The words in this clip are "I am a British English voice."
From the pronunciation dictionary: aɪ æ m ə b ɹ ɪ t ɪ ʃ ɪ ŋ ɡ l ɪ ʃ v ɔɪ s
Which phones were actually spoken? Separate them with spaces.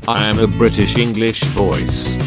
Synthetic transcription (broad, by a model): aɪ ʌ m ə b ɹ ɪ t ɪ ʃ ɪ ŋ ɡ l ɪ ʃ v ɔɪ s